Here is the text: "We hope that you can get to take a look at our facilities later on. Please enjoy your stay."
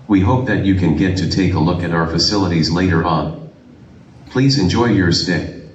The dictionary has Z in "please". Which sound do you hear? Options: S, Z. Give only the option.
Z